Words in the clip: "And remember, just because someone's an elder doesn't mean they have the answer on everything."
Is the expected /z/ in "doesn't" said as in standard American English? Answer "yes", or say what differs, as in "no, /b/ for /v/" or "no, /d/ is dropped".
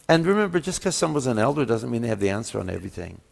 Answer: yes